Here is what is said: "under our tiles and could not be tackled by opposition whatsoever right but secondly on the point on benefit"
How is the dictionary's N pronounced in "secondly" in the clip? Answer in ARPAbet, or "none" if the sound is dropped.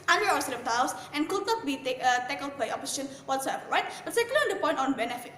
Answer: none